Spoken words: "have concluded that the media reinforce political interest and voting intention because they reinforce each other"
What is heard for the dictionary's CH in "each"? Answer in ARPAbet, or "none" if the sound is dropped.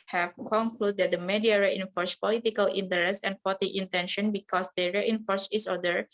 S